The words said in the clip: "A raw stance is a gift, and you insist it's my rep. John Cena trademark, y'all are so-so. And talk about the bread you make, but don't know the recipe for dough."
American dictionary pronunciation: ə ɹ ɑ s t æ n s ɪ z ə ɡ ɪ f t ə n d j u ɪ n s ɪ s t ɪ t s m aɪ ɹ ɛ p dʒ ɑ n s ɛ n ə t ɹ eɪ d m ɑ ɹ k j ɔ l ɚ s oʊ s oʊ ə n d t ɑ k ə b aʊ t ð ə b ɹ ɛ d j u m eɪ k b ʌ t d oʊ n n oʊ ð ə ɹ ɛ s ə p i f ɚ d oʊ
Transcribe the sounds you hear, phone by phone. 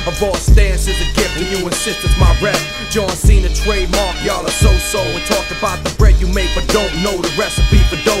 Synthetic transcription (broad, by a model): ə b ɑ s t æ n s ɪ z ə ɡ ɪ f ə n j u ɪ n s ɪ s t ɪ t m aɪ ɹ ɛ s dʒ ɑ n s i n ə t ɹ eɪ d m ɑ ɹ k j ɔ l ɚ s oʊ s oʊ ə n t ɑ k ə b aʊ t ð ə b ɹ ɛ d j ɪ m eɪ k b ʌ t d oʊ n n oʊ ð ə ɹ ɛ s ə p i p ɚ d oʊ